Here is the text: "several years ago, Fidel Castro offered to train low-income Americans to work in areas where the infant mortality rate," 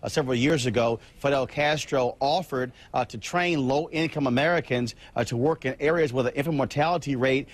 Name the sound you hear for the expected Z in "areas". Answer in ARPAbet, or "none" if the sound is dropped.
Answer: Z